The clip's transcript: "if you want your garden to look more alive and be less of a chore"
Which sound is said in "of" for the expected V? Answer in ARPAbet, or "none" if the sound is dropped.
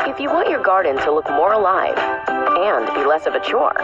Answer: V